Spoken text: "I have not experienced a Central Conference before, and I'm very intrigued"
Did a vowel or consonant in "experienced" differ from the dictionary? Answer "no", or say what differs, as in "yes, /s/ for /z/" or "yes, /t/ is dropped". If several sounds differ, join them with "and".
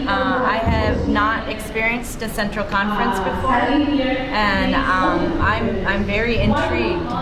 no